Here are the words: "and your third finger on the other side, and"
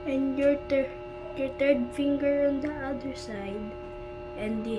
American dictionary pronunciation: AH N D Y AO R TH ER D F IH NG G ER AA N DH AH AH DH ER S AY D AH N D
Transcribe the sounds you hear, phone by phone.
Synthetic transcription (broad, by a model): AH N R Y AO R T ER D F IH NG G ER AA N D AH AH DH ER S AY D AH N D